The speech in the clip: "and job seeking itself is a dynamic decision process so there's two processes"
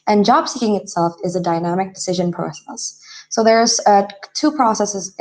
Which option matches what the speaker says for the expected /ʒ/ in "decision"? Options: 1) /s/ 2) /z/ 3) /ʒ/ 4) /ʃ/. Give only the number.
3